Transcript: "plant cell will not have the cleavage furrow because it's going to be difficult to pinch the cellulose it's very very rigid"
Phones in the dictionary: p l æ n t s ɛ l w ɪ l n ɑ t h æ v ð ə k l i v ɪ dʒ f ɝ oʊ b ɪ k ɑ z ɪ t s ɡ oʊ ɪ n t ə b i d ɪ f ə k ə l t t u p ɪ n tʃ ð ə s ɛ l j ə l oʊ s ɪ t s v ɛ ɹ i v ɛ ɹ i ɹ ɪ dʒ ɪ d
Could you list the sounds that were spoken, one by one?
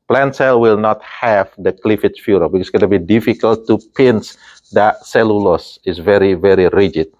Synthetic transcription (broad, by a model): p l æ n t s ɛ l w ɪ l n ɑ t h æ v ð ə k l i f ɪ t f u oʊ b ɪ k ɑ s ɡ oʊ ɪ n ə b i d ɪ f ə k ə l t t u p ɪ n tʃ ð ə s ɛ l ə l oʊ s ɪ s v ɛ ɹ i v ɛ ɹ i ɹ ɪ dʒ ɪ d